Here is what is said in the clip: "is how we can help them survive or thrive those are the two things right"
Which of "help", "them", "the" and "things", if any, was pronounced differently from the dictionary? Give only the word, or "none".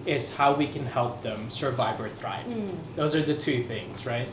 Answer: none